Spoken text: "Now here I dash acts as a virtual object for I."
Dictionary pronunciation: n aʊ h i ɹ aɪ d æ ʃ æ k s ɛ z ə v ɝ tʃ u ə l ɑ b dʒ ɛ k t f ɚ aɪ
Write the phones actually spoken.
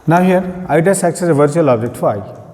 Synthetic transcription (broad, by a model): n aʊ h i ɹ aɪ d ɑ s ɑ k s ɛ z ə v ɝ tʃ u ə l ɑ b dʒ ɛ k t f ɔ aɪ